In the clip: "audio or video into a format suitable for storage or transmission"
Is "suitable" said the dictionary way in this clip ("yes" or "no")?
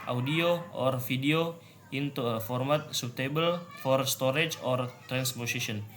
yes